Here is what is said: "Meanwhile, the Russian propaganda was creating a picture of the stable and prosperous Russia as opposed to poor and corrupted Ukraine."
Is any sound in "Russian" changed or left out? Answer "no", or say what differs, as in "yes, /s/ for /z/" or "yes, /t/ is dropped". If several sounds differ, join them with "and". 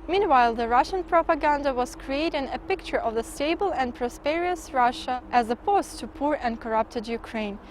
no